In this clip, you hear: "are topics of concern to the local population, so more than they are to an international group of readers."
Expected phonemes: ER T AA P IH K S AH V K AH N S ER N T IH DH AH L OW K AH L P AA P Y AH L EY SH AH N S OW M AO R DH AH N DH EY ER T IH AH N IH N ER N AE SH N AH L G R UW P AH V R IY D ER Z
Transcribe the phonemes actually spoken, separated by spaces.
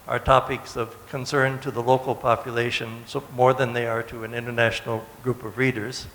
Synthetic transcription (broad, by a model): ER T AA P IH K S AH V K AH N S ER N T IH DH AH L OW K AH L P AA P Y AH L EY SH AH N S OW M AO R DH AH N DH EY ER T IH AH N IH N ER N AE SH N L G R UW P AH V R IY D ER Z